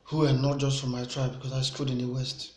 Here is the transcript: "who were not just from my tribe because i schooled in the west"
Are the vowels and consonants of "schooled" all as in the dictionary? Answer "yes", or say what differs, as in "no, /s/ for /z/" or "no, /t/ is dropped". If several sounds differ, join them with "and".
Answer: no, /l/ is dropped